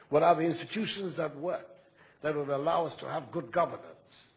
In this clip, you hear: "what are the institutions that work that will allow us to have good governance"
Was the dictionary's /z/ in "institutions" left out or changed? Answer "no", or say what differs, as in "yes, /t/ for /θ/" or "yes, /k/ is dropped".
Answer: no